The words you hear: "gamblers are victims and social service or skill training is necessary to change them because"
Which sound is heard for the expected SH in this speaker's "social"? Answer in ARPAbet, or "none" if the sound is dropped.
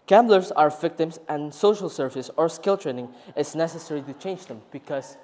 SH